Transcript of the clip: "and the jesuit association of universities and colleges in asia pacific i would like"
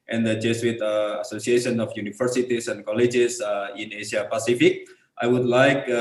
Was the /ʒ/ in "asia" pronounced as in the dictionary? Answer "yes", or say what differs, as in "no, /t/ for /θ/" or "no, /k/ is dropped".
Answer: no, /s/ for /ʒ/